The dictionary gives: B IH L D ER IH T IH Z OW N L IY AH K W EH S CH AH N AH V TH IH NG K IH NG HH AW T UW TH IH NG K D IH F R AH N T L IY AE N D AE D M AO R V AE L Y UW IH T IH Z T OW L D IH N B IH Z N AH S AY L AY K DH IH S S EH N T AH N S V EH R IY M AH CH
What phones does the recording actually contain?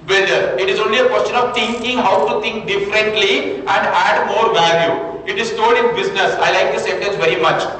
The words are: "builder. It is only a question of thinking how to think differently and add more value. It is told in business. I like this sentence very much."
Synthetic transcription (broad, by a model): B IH L D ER IH T IH Z OW N L IY AH K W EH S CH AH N AH V T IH NG K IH NG HH AW T UW T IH NG K D IH F R AH N T L IY AE N D AE D M AO R V AE L Y UW IH T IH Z T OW D IH N B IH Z N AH S AY L AY K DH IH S S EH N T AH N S V EH R IY M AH CH